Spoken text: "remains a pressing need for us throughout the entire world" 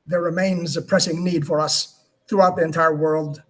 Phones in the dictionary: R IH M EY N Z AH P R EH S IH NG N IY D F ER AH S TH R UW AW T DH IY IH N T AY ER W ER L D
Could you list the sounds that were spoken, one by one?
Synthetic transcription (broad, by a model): R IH M EY N Z AH P R EH S IH NG N IY D F ER AH S TH R UW AW T DH IY IH N T AY ER W ER L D